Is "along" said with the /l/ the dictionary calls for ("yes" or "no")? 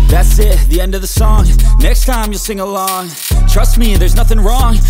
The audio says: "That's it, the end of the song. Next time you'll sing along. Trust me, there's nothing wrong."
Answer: yes